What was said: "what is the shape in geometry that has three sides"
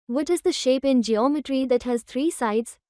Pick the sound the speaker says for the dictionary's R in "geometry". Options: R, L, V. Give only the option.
R